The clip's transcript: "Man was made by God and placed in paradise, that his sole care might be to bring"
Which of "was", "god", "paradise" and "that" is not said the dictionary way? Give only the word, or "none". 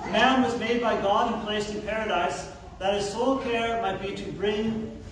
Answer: none